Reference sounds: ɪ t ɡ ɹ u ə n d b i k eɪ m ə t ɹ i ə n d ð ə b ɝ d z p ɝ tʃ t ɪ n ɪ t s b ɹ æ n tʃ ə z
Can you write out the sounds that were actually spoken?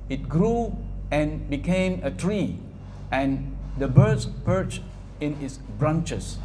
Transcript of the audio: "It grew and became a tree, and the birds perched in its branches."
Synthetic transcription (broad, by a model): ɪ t ɡ ɹ u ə n b i k eɪ m ə t ɹ i ə n d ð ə b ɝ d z p ɝ tʃ t ɪ n ɪ t s b ɹ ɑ n tʃ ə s